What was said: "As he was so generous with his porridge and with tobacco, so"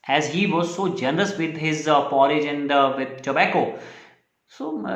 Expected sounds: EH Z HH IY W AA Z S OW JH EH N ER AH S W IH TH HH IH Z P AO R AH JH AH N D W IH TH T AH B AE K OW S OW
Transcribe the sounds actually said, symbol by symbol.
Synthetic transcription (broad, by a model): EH Z HH IY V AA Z S OW JH EH N ER AH S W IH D HH IH Z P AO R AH JH AH N D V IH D T AH B AE K OW S OW